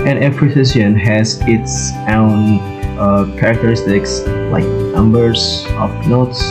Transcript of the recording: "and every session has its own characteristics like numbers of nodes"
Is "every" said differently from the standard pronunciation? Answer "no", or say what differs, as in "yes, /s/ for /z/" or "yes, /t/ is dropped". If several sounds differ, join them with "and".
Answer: yes, /p/ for /v/